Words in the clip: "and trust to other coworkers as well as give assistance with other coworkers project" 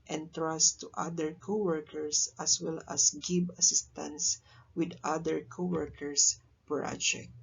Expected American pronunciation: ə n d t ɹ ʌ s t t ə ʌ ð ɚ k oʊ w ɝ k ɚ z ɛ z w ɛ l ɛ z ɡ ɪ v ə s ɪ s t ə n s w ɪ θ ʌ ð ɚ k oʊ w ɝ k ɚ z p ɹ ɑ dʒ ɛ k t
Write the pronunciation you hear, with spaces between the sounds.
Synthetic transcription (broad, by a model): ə n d t ɹ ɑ s t t ə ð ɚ k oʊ w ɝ k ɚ s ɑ s w ɛ l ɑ s ɡ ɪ b ə s ɪ s t ə n s w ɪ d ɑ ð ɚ k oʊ w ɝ k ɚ s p ɹ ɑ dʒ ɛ k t